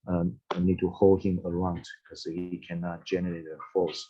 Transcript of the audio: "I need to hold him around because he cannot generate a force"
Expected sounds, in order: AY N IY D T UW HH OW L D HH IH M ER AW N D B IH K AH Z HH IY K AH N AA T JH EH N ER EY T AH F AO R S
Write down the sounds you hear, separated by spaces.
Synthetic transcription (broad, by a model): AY N IY D T UW HH OW L D HH IH M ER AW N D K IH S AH HH IY K AH N AA T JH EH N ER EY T AH F AO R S